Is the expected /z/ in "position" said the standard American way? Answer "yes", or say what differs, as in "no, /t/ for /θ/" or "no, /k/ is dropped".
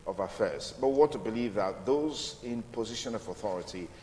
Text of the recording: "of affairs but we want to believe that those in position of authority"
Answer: yes